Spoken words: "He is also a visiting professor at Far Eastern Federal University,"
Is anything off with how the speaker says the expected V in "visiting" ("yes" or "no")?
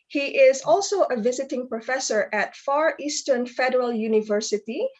no